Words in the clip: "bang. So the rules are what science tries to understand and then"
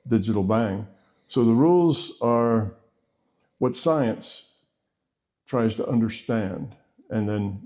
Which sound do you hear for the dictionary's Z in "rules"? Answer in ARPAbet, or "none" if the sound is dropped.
Z